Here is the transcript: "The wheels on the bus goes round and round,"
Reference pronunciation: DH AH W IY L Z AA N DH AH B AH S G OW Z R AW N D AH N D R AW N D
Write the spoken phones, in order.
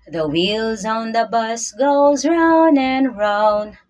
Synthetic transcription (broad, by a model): DH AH W IY L Z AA N DH AH B AH S G OW Z R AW N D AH N R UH N